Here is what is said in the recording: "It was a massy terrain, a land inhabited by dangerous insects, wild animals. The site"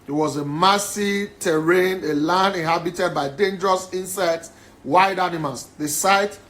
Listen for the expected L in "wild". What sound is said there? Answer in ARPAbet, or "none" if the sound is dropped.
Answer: none